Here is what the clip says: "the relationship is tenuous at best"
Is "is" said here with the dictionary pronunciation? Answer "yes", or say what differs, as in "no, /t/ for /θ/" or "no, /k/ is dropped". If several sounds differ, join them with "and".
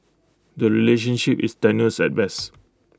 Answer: no, /s/ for /z/